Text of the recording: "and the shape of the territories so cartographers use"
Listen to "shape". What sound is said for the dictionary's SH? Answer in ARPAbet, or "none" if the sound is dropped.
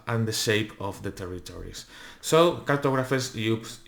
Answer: SH